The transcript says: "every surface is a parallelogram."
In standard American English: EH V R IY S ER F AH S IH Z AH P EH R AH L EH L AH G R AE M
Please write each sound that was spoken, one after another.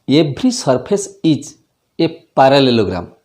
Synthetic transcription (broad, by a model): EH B R IY S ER P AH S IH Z AH P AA R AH L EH L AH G R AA M